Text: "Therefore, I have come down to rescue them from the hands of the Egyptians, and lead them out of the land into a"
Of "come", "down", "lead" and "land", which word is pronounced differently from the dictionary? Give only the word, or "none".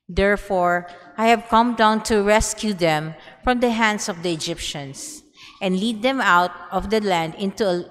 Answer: none